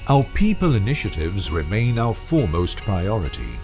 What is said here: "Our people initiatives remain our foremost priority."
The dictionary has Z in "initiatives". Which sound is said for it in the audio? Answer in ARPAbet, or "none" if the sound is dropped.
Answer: Z